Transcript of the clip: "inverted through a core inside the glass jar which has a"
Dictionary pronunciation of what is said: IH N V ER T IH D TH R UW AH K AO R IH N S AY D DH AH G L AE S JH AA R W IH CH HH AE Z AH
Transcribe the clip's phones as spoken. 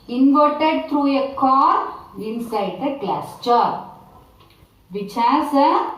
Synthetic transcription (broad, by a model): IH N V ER T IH D T R UW AH K AO R IH N S AY D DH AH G L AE S CH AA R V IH CH HH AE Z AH